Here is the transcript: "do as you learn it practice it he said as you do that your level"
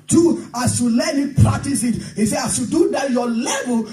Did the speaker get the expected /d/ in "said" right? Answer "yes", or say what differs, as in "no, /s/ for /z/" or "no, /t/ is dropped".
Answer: no, /d/ is dropped